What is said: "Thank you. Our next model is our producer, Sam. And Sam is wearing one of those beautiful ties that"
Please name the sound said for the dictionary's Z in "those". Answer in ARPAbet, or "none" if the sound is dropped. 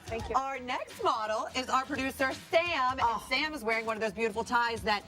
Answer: Z